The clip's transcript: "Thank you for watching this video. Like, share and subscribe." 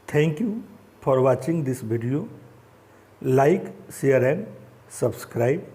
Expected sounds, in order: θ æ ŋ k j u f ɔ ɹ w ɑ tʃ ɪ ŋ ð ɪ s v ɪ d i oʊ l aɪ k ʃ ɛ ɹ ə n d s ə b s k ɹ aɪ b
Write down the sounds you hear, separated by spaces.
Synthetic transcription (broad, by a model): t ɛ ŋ k j u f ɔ ɹ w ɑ tʃ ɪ ŋ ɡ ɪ s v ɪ d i oʊ l aɪ k s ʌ ɹ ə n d s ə b s k ɹ aɪ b